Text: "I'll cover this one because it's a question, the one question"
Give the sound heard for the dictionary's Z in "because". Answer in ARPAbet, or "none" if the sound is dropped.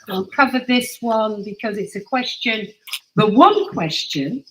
Z